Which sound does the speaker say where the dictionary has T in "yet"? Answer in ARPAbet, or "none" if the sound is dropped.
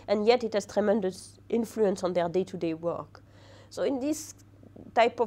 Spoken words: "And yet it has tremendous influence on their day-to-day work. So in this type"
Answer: T